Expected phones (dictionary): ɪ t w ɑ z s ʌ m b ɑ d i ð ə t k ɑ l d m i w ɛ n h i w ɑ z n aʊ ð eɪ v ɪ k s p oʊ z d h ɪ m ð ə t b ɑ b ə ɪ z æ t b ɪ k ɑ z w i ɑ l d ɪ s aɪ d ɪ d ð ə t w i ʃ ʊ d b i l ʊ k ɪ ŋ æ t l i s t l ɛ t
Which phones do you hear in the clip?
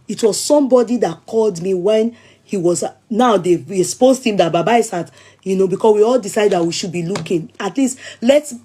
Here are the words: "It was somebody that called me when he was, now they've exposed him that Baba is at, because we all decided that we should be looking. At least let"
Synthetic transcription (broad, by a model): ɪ t w ɑ z s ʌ m b ɑ d i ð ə t k ɑ l d m i w ɛ n h i w ɑ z n aʊ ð eɪ ɪ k s p oʊ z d h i m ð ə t b ɑ b ə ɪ s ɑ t b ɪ k ɑ s w i ɑ l d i s aɪ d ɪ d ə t w i ʃ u d b i l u k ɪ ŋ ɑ t l i s t l ɛ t